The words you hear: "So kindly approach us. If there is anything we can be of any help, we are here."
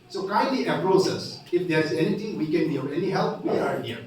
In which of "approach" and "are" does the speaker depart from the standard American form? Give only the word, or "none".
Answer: approach